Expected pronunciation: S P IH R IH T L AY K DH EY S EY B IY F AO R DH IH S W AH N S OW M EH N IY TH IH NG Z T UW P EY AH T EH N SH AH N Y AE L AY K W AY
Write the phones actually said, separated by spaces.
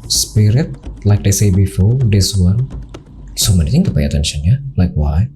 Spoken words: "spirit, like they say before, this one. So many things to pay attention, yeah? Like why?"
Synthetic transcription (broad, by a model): S P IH R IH T L AY K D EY S EY B IY F AO R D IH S W AH N S OW M EH N IY T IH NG T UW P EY AH T EH N SH AH N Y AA L AY K W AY